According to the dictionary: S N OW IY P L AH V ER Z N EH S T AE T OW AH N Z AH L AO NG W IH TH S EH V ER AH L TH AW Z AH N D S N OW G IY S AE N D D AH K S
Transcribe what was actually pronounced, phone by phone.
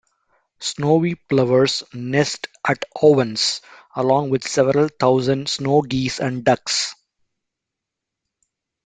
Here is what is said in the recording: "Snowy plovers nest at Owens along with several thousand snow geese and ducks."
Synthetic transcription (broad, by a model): S N OW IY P L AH V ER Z N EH S T AE T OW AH N S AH L AO NG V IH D S EH V ER AH L T AW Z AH N D S N OW G IY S AE N D D AH K S